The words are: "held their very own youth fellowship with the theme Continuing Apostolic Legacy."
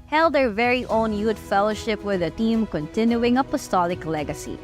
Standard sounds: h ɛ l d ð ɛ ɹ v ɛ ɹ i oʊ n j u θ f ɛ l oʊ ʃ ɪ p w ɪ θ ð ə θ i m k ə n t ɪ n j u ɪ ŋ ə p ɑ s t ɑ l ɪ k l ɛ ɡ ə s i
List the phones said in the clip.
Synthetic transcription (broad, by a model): h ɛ l d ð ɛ ɹ v ɛ ɹ i oʊ n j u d f ɛ l oʊ ʃ ɪ p w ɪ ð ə t i m k ə n t ɪ n j u ɪ ŋ ə p ɑ s t ɑ l ɪ k l ɛ ɡ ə s i